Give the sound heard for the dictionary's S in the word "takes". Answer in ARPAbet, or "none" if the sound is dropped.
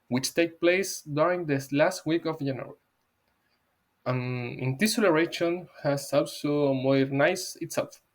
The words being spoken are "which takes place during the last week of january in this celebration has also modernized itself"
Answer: none